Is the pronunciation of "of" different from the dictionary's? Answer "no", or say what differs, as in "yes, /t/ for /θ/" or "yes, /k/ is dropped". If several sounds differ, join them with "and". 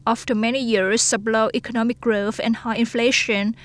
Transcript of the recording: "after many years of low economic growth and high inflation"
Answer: yes, /b/ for /v/